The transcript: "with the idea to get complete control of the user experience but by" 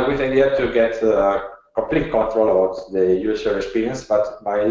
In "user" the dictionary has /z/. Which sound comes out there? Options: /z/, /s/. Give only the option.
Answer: /s/